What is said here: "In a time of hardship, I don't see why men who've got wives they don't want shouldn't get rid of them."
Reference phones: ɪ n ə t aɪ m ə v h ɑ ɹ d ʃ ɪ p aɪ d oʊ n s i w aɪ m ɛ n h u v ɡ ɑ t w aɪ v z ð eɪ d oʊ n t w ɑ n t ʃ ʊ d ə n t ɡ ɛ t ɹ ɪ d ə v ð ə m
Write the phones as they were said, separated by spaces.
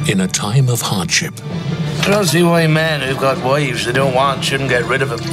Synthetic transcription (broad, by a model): ɪ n ə t aɪ m ə v h ɑ ɹ d ʃ ɪ p aɪ d oʊ n s i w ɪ m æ n h u v ɡ ɑ t w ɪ v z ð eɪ d oʊ n t w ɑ n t ʃ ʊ d n ɡ ɛ t ɹ ɪ d ə v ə